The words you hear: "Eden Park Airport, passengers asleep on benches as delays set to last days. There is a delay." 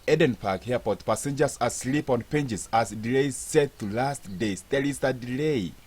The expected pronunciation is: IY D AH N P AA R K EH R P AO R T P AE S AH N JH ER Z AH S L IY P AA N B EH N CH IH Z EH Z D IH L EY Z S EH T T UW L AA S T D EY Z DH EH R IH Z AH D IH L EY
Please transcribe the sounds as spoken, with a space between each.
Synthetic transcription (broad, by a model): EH D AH N P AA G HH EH P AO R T P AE S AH N JH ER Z AH S L IY P AA N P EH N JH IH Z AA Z D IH L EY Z S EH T T UW L AA S T D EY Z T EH L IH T AH D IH L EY